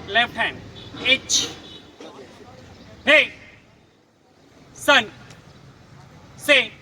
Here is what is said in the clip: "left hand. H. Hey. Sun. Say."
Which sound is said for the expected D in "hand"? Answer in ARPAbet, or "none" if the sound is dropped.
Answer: none